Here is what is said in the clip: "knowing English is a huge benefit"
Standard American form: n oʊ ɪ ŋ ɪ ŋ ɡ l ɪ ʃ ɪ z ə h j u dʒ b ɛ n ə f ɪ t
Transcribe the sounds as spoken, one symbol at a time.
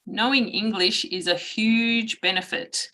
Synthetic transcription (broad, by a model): n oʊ ɪ ŋ ɪ ŋ ɡ l ɪ ʃ ɪ z ə h j u dʒ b ɛ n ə f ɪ t